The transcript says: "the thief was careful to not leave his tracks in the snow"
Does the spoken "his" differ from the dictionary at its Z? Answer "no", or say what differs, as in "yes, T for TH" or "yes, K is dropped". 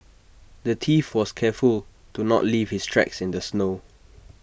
yes, S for Z